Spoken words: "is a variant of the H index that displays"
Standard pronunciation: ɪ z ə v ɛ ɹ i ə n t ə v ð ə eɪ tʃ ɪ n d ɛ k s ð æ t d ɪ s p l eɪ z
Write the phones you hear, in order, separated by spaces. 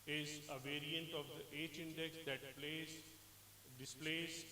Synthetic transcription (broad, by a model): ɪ z ə v ɛ ɹ i ə n t ə v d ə eɪ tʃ ɪ n d ɛ k s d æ t d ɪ s p l eɪ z